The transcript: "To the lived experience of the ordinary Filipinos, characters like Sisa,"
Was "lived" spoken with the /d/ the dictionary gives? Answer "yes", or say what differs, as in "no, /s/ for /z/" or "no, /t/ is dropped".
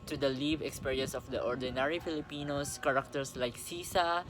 no, /d/ is dropped